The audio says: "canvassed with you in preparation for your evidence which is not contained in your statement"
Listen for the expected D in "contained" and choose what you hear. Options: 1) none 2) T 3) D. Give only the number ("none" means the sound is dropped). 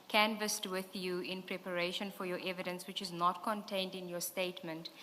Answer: 3